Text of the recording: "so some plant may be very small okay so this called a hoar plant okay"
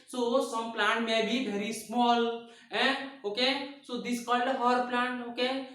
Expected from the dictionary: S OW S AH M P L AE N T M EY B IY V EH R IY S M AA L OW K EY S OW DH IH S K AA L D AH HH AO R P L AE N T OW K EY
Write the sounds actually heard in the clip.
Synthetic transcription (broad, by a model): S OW S AH M P L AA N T M EY B IY B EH R IY S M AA L OW K EY S OW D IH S K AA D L AH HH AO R P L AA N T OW K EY